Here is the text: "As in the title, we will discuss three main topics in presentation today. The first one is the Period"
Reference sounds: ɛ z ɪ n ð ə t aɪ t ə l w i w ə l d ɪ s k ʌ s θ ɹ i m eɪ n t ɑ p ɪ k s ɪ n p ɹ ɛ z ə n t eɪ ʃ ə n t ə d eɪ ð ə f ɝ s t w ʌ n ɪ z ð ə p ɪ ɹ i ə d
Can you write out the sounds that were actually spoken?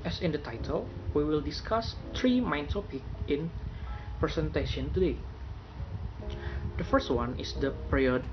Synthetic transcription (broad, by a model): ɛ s ɪ n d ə t aɪ t ə l w i w ə l d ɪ s k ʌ s t ɹ i m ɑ n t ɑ p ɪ k ɪ n p ɹ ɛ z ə n t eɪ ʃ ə n t ə d eɪ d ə f ɝ s t w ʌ n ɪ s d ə p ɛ ɹ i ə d